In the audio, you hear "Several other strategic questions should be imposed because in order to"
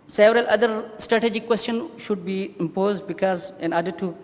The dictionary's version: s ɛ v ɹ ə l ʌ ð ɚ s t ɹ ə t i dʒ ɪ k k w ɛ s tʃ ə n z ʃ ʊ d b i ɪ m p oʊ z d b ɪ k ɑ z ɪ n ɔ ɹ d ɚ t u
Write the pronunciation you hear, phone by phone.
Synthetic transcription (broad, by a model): s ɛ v ɹ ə l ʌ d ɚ s t ɹ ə t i dʒ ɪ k k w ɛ s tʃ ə n ʃ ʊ d b i ɪ m p oʊ z d b ɪ k ɑ z ɪ n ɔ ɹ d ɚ t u